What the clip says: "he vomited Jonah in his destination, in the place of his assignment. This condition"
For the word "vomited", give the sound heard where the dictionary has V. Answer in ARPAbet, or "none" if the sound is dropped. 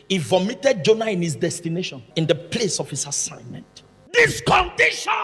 V